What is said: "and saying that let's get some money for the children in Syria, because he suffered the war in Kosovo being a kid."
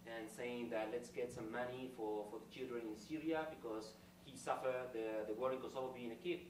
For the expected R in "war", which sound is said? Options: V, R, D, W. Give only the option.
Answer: W